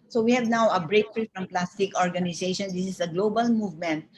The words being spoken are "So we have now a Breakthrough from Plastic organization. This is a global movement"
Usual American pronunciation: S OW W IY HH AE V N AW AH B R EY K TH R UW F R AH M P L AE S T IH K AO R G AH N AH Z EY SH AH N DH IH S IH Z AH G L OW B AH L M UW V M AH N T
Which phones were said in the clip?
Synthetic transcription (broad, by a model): S OW W IY HH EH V N AW AH B R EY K F R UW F R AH M P L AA S T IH K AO R G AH N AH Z EY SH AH N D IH S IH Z AH G L OW B AH L M UW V M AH N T